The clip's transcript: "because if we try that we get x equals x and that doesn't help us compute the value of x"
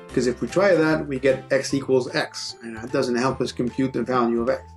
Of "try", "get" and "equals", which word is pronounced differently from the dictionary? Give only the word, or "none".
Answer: none